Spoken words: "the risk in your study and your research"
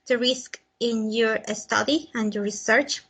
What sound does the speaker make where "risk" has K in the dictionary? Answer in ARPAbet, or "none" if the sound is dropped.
K